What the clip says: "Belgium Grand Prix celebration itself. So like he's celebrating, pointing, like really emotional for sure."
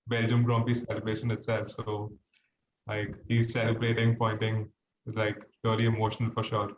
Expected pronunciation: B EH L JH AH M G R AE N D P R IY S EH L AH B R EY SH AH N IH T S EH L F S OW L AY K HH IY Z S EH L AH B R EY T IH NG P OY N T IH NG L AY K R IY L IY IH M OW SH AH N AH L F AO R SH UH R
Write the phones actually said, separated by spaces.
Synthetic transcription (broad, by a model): B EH L JH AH M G R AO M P IY S EH L AH B R EY SH AH N IH T S EH L F S OW L AY K HH IY Z S EH L AH B R EY T IH NG P OY N T IH NG L AY K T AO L IY IH M OW SH AH N AH L F AO R SH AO R